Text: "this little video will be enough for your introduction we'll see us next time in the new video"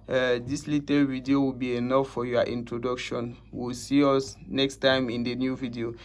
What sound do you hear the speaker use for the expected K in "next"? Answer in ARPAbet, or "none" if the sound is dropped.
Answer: K